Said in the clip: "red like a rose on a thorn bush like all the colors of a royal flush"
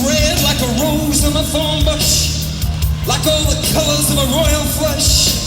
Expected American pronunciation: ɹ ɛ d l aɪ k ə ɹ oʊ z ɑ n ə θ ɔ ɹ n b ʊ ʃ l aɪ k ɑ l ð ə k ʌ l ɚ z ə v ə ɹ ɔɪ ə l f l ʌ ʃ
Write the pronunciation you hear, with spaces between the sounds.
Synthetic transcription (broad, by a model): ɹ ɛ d l aɪ k ə ɹ oʊ z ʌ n ə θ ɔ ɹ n b ʊ ʃ l aɪ k ɑ l ð ə k ʌ l ɚ z ə v ə ɹ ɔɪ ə l f l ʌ ʃ